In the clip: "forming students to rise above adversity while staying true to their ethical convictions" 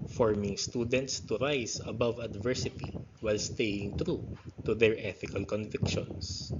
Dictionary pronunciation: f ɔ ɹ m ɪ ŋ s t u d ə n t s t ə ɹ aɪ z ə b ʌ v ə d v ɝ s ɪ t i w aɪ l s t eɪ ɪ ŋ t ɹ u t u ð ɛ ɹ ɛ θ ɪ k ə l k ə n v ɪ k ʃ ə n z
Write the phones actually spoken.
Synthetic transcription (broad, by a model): f ɔ ɹ m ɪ ŋ s t u d ə n t s t ə ɹ aɪ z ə b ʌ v ə d v ɝ s ɪ t i w aɪ l s t eɪ ɪ ŋ t ɹ u t u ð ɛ ɹ ɛ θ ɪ k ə l k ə n v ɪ k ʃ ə n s